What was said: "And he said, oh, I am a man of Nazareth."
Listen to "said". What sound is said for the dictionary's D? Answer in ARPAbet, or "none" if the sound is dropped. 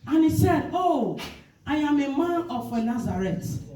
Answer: D